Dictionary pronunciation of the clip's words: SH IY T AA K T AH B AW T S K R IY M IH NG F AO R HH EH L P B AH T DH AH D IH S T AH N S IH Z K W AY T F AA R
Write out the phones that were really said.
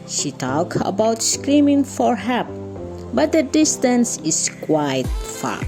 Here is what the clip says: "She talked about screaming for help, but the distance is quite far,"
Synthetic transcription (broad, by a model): SH IY T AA K AH B AW T S K R IY M IH NG F AO R HH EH P B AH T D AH D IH S T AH N S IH S K W AY T F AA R